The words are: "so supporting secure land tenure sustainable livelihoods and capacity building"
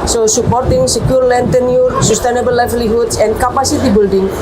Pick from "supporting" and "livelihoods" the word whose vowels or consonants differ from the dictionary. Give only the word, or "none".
livelihoods